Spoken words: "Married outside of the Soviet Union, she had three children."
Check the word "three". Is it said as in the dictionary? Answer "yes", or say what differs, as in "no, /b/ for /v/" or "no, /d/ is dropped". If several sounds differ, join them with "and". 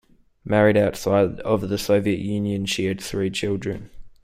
yes